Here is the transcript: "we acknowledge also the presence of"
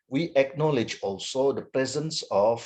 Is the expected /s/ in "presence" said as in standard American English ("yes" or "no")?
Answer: yes